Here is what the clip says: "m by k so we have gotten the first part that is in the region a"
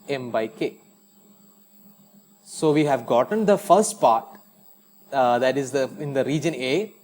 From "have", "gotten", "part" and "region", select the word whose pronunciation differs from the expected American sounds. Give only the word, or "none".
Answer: none